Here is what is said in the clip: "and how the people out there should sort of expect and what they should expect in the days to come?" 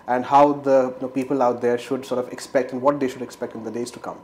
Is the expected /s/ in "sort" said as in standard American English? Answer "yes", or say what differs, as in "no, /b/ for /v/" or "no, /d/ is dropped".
yes